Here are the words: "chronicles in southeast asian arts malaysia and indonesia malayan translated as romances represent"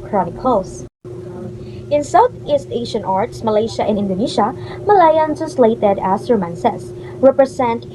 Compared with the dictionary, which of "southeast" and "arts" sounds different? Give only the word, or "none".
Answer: none